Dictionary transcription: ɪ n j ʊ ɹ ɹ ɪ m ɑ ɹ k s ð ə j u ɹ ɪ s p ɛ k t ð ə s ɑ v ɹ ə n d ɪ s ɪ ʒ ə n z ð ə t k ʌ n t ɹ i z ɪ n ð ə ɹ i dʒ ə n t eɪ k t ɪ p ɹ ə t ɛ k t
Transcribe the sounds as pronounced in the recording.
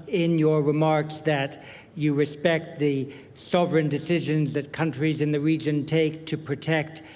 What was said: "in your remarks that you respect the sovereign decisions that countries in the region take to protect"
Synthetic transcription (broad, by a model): ɪ n j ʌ ɹ ɹ ɪ m ɑ ɹ k s ð ə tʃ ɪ ɹ ɪ s p ɛ k t ð ə s ɑ v ɹ ə n d ɪ s ɪ ʒ ə n z ð ə t k ʌ n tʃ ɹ i z ɪ n ð ə ɹ i dʒ ə n t eɪ k t ɪ p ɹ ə t ɛ k t